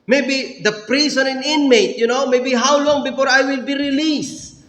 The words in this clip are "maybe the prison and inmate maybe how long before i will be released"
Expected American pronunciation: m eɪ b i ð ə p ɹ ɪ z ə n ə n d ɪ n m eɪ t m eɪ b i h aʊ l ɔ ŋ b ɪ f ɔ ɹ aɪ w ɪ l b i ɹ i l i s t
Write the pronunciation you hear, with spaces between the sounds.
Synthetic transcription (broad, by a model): m eɪ b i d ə p ɹ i s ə n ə n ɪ n m eɪ t m eɪ b i h aʊ l ɔ ŋ b ɪ f ɔ ɹ aɪ w ɪ l b i ɹ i l i s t